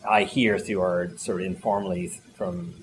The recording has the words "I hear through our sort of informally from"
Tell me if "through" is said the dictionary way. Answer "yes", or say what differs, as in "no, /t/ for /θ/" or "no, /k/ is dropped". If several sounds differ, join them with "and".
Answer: no, /ɹ/ is dropped